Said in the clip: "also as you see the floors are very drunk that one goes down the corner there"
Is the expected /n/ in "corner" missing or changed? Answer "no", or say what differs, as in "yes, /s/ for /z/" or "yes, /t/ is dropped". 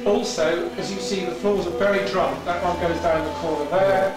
yes, /n/ is dropped